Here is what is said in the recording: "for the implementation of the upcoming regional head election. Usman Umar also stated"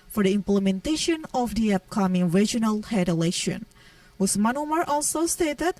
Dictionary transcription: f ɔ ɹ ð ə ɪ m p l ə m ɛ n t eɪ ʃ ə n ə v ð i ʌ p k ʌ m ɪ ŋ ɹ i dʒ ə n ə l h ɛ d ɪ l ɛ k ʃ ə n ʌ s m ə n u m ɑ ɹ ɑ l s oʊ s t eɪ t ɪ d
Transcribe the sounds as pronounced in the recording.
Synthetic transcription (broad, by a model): f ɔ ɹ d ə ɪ m p l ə m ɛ n t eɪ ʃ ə n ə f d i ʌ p k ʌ m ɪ ŋ ɹ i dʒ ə n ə l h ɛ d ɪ l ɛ ʃ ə n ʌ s m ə n u m ɑ ɹ ɑ l s oʊ s t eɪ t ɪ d